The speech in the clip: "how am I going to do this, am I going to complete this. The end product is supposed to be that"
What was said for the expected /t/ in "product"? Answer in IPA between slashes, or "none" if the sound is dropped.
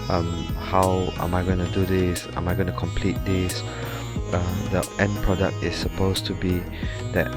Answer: /t/